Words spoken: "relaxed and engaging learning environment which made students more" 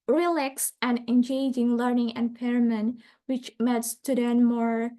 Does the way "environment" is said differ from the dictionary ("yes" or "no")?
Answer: yes